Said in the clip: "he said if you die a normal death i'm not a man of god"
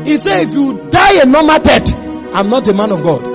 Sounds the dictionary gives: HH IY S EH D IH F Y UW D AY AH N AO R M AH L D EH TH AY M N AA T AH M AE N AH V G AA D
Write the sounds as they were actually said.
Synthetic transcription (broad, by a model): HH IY S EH IH F Y UW D AY AH N AO M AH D EH T AY M N AA T AH M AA N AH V G AA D